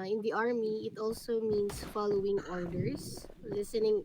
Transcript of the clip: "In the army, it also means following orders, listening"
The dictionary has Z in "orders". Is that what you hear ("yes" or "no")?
no